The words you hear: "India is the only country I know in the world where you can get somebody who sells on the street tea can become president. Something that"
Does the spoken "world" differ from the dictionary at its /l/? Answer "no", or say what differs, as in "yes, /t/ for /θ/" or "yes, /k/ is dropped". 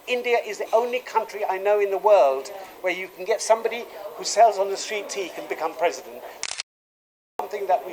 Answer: no